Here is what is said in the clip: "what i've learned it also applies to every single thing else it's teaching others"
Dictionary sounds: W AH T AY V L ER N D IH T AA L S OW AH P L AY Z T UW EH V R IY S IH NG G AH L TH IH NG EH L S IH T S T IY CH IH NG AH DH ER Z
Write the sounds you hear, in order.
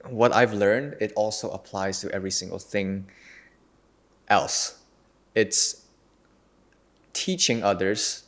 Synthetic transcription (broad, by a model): W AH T AY V L ER N D IH T AA L S OW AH P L AY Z T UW EH V R IY S IH NG G AH L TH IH NG EH L S IH T S T IY CH IH NG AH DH ER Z